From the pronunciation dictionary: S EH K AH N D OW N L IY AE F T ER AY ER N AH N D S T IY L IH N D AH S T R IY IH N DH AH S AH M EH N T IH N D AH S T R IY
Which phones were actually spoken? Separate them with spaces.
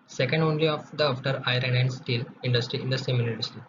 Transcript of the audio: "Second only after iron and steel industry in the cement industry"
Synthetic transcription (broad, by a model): S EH K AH N D OW N L IY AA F T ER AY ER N AH N D S T IY L IH N D AH S T R IY IH N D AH S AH M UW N IH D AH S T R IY